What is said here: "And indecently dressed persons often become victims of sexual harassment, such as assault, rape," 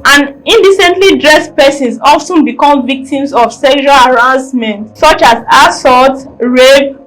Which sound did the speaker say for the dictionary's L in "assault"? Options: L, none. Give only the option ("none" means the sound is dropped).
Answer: none